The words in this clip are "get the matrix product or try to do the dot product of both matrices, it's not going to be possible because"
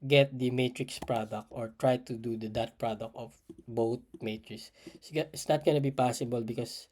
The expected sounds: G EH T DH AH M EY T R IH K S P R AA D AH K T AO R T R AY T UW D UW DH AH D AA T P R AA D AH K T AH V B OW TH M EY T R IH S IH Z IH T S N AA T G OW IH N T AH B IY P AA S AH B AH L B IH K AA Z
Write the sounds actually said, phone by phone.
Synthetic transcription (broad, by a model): G EH T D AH M EY T R IH K S P R AA D AH K T AO R T R AY T UW D UW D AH D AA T P R AA D AH K T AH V B OW T M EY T R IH S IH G IH T S N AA T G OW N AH B IY P AA S AH B AH L B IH K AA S